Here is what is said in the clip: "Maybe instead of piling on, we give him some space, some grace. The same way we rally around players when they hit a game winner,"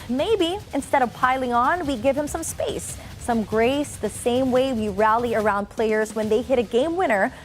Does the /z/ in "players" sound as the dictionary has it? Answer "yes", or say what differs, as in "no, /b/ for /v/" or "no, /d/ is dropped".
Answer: yes